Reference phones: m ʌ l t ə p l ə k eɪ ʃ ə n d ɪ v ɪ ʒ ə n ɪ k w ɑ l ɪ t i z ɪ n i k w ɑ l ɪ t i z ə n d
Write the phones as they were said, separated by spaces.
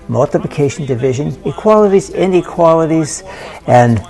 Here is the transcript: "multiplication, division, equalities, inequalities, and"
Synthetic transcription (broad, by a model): m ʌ l t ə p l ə k eɪ ʃ n d ɪ v ɪ ʒ ə n ɪ k w ɑ l ɪ t i z ɪ n i k w ɑ l ɪ t i z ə n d